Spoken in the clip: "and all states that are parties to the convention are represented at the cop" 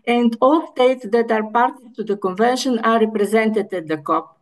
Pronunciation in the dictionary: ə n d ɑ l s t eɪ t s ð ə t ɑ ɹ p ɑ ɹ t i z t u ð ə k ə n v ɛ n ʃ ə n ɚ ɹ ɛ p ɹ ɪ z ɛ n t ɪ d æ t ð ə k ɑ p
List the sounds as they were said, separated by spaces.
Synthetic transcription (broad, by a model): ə n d ɑ l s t eɪ t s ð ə t ɑ ɹ p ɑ ɹ t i t u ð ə k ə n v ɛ n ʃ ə n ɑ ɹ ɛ p ɹ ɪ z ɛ n t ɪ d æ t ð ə k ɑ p